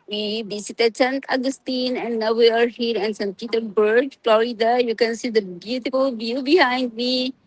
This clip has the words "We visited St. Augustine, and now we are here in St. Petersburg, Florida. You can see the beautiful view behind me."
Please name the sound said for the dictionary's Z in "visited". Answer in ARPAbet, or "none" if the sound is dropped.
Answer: S